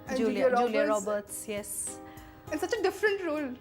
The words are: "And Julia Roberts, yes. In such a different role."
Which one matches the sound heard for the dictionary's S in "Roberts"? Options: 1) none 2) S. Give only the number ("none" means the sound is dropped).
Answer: 2